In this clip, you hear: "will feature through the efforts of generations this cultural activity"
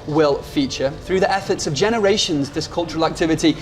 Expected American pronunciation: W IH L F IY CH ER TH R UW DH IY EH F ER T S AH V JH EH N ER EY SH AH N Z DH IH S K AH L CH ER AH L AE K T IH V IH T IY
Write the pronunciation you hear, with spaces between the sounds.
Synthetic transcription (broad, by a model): W IH L F IY CH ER TH R UW DH IY EH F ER T S AH V JH EH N ER EY SH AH N Z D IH S K AH L CH ER AH L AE K T IH V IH T IY